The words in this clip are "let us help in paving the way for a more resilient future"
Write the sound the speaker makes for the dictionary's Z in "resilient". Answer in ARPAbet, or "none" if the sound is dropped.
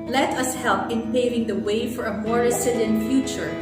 S